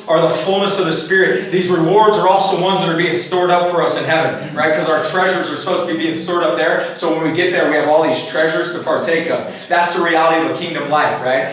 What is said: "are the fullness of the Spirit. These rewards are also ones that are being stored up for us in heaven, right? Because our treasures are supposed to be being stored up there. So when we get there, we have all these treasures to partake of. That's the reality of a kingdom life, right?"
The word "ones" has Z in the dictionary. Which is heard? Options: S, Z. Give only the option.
Z